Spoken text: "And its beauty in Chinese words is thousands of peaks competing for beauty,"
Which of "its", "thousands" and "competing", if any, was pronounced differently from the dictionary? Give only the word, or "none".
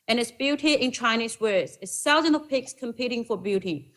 thousands